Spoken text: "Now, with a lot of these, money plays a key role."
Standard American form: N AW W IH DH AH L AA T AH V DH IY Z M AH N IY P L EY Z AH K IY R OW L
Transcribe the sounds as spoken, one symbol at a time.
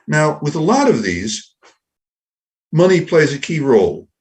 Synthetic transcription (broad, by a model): N AW W IH DH AH L AA T AH V DH IY Z M AH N IY P L EY Z AH K IY R OW L